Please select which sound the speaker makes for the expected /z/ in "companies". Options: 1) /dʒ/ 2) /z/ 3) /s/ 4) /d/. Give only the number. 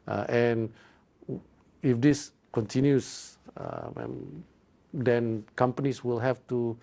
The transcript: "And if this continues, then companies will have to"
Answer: 3